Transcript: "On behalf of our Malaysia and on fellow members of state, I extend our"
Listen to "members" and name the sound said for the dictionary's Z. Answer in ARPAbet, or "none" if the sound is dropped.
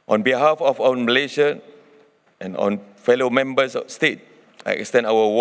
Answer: S